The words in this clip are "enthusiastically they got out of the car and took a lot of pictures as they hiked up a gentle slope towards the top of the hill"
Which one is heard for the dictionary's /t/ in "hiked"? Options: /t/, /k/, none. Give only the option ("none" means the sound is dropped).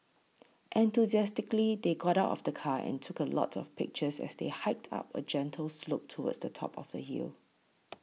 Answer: /t/